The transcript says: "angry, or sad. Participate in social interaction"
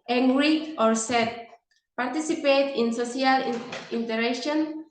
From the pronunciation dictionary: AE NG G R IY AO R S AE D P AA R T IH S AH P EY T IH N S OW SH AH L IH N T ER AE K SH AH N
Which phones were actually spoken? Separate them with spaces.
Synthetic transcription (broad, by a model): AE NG G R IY AO R S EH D P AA R T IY S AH P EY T IH N S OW S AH L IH N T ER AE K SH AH N